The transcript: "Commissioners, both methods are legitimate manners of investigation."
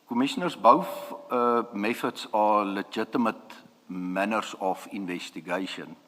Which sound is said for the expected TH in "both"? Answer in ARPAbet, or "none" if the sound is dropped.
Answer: F